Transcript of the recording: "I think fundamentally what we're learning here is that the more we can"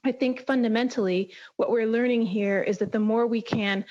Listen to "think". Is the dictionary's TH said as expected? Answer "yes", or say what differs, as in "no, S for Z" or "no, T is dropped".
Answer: yes